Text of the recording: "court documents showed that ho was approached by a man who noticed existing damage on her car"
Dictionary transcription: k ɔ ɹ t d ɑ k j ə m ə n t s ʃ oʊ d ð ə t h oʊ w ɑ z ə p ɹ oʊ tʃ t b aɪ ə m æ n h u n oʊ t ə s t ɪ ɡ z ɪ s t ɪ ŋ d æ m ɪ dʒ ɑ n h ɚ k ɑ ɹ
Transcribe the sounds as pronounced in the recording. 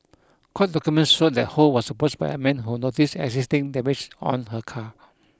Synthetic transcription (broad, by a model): k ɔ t d ɑ k j ə m ə n t s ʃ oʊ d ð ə t h oʊ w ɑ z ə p oʊ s b aɪ ə m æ n h u n oʊ t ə s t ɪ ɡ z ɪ s t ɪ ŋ d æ m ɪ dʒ ɑ n h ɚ k ɑ